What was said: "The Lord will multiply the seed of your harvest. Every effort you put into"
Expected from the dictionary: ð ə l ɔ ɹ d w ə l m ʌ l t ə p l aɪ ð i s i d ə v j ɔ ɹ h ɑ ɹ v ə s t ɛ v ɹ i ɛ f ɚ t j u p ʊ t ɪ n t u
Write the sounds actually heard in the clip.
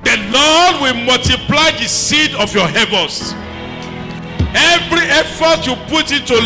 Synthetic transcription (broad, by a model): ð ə l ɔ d w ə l m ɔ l t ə p l aɪ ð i s i d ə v j ɔ h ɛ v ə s ɛ v ɹ i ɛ f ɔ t j u p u t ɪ n t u